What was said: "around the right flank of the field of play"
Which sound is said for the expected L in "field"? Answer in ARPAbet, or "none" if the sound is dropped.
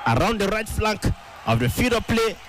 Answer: none